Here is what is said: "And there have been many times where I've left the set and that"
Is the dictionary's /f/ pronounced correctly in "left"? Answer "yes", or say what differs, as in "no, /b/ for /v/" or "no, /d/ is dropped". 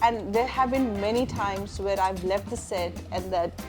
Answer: yes